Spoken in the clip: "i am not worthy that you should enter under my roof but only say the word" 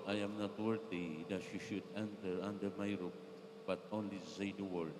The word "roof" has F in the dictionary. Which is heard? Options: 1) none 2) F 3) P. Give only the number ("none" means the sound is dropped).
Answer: 3